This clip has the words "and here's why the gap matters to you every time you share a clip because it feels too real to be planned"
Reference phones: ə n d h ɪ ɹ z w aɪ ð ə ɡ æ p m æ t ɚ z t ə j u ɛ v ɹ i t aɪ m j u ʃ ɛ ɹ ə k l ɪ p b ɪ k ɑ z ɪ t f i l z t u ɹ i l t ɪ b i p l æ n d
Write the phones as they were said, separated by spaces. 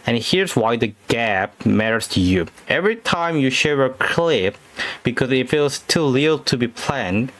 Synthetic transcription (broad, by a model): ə n h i ɹ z w aɪ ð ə ɡ æ p m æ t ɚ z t j u ɛ v ɹ i t aɪ m j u ʃ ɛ ɹ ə k l ɪ p b ɪ k ɑ z ɪ t f i l z t u l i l t ɪ b i p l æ n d